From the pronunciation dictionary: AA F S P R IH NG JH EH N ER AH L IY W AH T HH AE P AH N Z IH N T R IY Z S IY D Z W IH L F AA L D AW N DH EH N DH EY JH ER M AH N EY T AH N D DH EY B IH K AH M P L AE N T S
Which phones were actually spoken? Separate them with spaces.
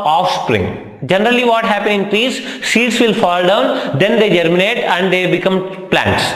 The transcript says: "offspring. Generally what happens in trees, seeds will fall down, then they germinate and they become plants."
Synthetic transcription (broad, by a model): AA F S P R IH NG JH EH N ER AH L IY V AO T HH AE P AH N IH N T R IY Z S IY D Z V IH L F AA L D AW N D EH N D EY JH ER M AH N EY T AH N D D EY B IH K AH M P L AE N T S